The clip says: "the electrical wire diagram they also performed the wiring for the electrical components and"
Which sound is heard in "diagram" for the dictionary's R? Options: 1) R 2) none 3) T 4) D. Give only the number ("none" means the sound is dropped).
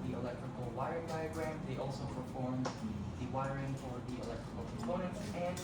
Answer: 1